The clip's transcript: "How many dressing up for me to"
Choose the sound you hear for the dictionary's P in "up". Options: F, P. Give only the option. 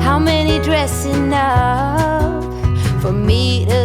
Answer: F